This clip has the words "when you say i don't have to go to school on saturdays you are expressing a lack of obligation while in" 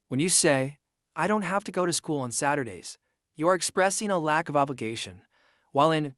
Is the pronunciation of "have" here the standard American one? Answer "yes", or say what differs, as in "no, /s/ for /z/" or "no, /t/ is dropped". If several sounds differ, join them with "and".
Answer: no, /f/ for /v/